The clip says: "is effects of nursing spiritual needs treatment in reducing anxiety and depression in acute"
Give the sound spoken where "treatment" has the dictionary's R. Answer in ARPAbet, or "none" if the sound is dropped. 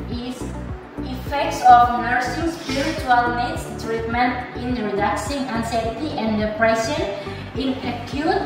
R